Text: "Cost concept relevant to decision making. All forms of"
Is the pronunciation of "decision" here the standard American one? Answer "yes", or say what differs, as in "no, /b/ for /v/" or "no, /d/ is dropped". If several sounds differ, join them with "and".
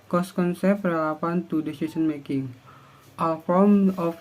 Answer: no, /s/ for /ʒ/